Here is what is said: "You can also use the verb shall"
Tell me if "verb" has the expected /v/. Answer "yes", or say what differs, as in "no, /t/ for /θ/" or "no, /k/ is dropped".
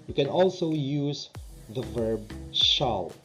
yes